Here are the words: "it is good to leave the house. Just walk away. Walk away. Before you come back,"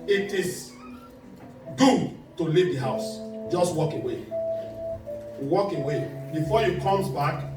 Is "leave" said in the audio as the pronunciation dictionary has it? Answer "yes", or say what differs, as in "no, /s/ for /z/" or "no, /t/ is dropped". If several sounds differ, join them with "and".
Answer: yes